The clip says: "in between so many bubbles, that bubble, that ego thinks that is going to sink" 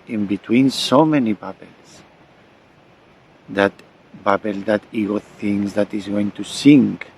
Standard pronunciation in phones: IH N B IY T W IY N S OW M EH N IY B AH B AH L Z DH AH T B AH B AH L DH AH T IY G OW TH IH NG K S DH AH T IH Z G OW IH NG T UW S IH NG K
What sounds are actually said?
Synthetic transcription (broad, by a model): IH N B IY T W IY N S OW M EH N IY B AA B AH L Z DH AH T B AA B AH L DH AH T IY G OW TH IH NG S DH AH T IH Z G OW IH NG T UW S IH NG K